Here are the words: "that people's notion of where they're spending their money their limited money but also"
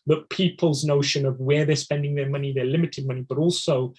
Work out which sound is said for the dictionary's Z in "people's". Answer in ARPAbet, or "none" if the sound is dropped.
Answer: Z